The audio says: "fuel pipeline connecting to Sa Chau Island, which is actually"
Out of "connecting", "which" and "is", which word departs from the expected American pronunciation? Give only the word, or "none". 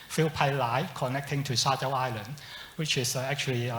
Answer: is